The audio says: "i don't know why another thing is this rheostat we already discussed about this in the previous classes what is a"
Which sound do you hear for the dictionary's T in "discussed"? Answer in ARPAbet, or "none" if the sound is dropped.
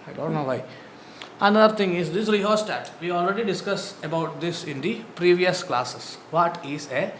none